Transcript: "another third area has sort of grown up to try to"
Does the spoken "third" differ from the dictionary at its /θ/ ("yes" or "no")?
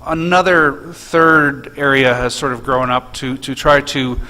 no